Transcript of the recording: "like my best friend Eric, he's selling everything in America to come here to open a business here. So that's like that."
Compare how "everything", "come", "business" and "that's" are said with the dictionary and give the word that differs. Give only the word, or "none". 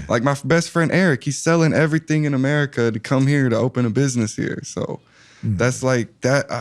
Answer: none